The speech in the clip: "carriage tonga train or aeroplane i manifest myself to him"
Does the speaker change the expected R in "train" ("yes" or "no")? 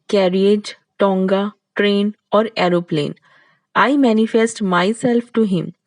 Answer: no